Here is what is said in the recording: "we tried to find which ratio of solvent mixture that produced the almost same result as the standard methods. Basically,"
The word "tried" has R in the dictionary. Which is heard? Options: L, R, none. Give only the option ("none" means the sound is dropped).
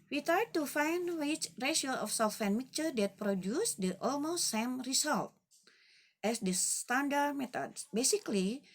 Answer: none